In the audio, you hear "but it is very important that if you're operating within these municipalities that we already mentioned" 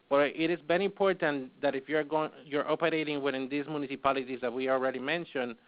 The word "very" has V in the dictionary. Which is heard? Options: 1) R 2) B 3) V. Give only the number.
2